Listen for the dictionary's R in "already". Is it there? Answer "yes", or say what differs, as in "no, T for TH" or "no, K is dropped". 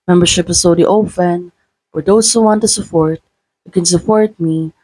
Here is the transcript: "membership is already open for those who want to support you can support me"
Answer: no, R is dropped